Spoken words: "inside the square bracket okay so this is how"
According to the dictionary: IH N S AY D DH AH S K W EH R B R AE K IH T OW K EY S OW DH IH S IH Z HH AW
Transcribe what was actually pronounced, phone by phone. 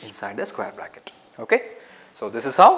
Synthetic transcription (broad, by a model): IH N S AY D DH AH S K W EH R B L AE K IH T OW K EY S OW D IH S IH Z HH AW